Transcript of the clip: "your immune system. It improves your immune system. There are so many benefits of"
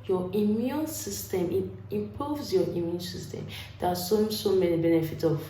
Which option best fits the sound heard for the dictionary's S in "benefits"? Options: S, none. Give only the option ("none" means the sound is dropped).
none